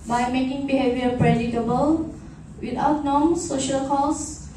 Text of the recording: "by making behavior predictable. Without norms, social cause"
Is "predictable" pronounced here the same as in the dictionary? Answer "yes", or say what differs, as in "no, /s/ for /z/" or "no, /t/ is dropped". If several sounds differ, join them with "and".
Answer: no, /k/ is dropped